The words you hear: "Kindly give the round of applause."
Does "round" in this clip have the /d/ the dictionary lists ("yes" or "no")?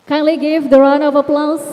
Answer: no